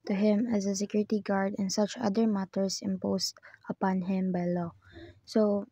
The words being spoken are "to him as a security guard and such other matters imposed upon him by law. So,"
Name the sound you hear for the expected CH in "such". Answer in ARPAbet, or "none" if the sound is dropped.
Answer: CH